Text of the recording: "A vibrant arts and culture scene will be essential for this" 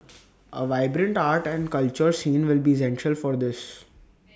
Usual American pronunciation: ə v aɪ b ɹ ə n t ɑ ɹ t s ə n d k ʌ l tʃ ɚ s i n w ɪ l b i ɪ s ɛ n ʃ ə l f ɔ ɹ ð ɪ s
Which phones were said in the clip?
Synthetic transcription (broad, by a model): ə v aɪ b ɹ ə n t ɑ ɹ t ə n d k ʌ l tʃ ɚ s i n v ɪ l b i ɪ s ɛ n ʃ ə l f ɔ ɹ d ɪ s